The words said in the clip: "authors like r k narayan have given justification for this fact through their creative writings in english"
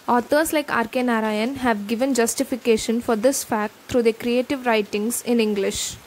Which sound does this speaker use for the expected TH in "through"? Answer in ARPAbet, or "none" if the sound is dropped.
T